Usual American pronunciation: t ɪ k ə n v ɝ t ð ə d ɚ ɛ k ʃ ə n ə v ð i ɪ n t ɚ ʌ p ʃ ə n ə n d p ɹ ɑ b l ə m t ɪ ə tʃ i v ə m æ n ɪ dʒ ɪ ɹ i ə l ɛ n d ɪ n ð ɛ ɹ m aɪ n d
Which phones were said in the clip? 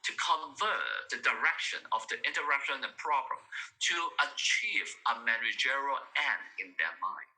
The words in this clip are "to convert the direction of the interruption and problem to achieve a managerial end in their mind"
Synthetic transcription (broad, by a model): t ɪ k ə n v ɝ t ð ə d ɚ ɛ k ʃ ə n ə v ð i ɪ n t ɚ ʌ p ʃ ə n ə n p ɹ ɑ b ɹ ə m t ɪ ə tʃ i v ə m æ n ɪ dʒ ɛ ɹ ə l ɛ n ɪ n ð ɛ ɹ m aɪ n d